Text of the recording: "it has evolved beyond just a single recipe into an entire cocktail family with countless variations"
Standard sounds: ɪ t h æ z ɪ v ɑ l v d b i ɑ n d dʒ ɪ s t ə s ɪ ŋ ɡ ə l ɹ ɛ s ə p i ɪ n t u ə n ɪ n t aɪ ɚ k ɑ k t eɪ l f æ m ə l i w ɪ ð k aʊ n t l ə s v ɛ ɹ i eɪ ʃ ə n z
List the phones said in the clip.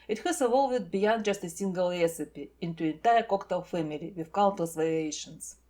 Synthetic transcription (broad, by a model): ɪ t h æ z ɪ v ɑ l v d b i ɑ n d dʒ ɪ s t ə s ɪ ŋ ɡ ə l ɹ ɛ s ə p i ɪ n t u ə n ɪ n t aɪ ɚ k ɑ k t eɪ l f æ m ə l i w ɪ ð k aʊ l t ə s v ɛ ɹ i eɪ ʃ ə n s